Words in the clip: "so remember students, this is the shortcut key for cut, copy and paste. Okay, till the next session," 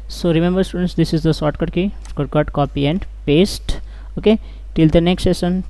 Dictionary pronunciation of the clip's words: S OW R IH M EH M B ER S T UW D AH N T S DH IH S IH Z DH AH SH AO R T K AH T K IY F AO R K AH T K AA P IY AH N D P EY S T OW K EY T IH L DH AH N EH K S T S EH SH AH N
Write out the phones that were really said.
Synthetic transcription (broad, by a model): S OW R IH M EH M B ER S T UW D AH N T S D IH S IH Z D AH S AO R T K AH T K IY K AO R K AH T K AA P IY AH N D P EY S T OW K EY T IH L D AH N EH K S T S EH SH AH N